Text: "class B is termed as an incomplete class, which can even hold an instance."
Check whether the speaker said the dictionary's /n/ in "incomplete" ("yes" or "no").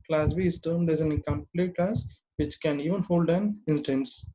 no